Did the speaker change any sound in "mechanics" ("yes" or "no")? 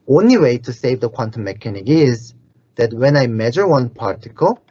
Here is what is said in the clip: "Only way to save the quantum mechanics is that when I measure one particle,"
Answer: yes